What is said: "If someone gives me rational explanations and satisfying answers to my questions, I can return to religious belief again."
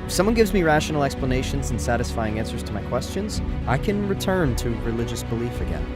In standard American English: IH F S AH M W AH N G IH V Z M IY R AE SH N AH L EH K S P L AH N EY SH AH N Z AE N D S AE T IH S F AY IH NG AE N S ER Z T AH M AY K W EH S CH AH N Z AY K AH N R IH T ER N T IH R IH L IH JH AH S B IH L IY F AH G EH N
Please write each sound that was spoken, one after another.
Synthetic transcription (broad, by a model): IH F S AH M W AH N G IH V Z M IY R AE SH N L EH K S P L AH N EY SH AH N Z N S AE T IH S F AY IH NG AE N S ER Z T AH M AY K W EH S CH AH N Z AY K AH N R IH T ER N T IH R IH L IH JH AH S B IH L IY F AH G EH N